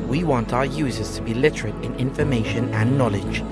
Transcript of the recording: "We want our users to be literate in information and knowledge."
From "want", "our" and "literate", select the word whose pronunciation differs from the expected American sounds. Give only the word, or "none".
none